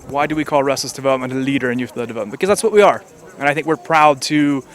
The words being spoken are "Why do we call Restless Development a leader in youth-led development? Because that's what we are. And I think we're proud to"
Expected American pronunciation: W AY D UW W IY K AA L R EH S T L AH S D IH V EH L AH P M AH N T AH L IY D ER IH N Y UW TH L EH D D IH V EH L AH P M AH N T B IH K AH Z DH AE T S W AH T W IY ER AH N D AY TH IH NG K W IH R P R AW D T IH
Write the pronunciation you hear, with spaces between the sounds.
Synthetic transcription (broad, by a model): W AY D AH W IY K AA L R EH S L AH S D IH V EH L AH P M AH N T AH L IY D ER IH N Y UW TH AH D D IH V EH L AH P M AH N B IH K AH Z DH AE T S W AH T W IY ER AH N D AY TH IH NG K W IH R P R AW D T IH